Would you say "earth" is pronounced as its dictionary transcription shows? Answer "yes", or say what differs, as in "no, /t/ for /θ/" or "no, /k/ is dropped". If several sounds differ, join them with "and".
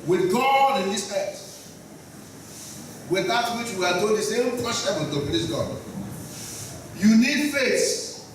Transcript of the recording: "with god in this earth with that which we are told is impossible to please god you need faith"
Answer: no, /t/ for /θ/